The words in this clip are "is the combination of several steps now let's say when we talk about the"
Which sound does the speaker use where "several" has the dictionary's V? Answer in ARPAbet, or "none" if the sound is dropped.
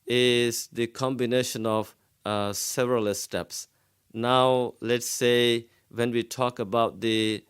V